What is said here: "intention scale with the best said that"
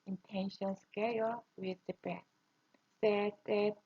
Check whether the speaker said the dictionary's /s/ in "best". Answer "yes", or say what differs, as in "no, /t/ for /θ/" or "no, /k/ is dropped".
no, /s/ is dropped